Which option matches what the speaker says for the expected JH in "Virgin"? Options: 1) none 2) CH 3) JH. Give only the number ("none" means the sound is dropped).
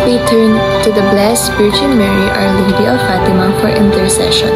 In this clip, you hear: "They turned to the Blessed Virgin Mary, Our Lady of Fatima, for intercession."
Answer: 2